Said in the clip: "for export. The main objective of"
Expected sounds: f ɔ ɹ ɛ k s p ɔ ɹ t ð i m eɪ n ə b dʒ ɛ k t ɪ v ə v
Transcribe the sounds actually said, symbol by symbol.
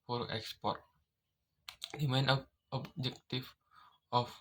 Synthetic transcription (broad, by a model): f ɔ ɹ ɛ k s p ɔ ɹ t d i m eɪ n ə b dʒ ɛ k t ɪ f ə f